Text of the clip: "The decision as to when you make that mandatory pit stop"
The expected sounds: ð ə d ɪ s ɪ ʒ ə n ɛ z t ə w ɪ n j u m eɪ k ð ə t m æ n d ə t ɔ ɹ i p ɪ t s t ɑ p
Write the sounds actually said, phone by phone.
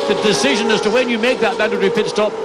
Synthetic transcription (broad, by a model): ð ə d ɪ s ɪ ʒ ə n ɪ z t ə w ɪ n j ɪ m eɪ k ð ə t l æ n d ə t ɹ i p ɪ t s t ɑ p